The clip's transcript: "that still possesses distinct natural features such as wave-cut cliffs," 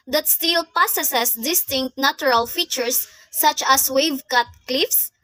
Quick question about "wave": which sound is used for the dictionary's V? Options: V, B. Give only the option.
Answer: V